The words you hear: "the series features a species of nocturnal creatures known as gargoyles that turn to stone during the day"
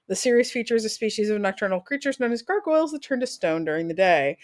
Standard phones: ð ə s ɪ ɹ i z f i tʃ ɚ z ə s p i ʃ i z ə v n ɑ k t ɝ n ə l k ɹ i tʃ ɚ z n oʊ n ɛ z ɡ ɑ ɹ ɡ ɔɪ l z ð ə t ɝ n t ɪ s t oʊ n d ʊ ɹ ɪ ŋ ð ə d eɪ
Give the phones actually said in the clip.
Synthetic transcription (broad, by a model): ð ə s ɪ ɹ i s f i tʃ ɚ z ə s p i ʃ i z ə v n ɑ k t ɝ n l k ɹ i tʃ ɚ z n oʊ n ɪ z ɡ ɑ ɹ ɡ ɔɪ l z ð ə t ɝ n t ɪ s t oʊ n d ʊ ɹ ɪ ŋ ð ə d eɪ